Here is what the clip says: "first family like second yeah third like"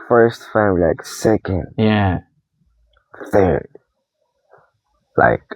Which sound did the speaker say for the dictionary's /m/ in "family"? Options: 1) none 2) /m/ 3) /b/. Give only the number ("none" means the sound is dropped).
1